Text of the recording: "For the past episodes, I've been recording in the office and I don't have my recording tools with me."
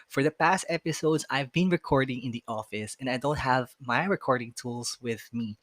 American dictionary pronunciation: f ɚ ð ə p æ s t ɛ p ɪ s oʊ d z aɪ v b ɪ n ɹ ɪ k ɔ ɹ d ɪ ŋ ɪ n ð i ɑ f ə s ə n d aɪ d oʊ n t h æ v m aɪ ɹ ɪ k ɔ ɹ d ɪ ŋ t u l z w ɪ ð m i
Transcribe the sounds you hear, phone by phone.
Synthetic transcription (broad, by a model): f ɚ ð ə p æ s t ɛ p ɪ s oʊ d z aɪ v b ɪ n ɹ ɪ k ɔ ɹ d ɪ ŋ ɪ n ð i ɑ f ə s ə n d aɪ d oʊ n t h æ v m aɪ ɹ ɪ k ɔ ɹ d ɪ ŋ t u l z w ɪ ð m i